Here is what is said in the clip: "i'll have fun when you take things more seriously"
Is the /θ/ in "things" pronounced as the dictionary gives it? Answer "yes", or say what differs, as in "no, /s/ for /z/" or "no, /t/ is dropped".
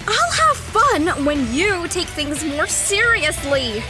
yes